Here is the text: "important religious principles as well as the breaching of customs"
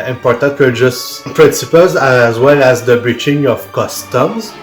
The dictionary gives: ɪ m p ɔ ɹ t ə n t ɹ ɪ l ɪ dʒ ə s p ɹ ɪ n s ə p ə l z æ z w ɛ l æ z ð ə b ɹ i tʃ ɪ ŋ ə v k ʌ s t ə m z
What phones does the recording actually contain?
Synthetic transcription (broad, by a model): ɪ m p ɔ ɹ t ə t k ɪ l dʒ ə s p ɹ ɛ s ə p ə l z æ z w ɛ l æ z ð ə b ɹ i tʃ ɪ ŋ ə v k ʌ s t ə m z